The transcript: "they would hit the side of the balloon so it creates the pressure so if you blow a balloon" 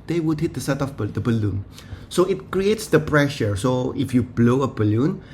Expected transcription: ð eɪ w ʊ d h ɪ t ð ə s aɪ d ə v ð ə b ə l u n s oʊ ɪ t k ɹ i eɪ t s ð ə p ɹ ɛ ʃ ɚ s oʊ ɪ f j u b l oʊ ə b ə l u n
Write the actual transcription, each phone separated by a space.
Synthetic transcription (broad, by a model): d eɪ w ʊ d h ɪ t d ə s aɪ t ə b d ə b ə l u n s oʊ ɪ t k ɹ i eɪ t s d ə p ɹ ɛ ʃ ɚ s oʊ ɪ f j u b l oʊ ə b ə l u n